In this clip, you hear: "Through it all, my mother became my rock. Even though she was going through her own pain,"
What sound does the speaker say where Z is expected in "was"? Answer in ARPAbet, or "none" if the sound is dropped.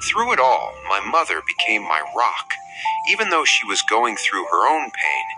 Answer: Z